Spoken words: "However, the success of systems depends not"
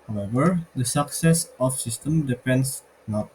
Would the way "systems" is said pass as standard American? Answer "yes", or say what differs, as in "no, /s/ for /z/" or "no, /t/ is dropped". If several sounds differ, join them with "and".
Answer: no, /z/ is dropped